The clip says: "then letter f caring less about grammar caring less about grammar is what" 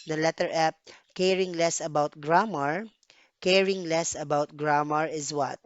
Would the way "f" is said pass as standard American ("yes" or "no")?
no